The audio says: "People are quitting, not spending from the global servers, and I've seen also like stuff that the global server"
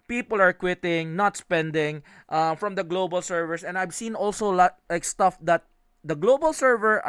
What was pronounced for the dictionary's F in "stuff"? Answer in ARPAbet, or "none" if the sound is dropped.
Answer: F